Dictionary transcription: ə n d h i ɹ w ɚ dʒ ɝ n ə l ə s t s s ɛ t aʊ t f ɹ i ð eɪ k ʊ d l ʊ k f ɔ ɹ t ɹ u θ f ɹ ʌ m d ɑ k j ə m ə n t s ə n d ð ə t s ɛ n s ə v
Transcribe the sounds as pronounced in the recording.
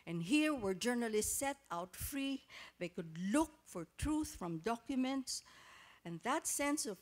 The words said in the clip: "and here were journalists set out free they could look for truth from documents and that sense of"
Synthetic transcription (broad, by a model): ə n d h i ɹ w ɚ dʒ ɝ n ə l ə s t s s ɛ t aʊ t f ɹ i ð eɪ k ʊ d l ʊ k f ɔ ɹ t ɹ u θ f ɹ ʌ m d ɑ k j ə m ə n t s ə n ð ə t s ɛ n s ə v